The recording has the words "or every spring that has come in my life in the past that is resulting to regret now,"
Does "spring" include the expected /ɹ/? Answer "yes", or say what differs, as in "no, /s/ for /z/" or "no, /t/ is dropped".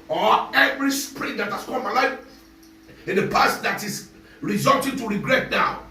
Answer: yes